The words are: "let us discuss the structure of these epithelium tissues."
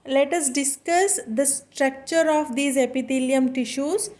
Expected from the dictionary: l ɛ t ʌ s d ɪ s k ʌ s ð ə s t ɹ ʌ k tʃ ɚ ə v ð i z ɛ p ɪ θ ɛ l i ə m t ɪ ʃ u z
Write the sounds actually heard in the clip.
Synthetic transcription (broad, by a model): l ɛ t ʌ s d ɪ s k ʌ s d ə s t ɹ ʌ k tʃ ɚ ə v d i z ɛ p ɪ t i l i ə m t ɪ ʃ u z